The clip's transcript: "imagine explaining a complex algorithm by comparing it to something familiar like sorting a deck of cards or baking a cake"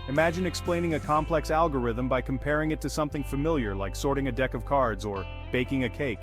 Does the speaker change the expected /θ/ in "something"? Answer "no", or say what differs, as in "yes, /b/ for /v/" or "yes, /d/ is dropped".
no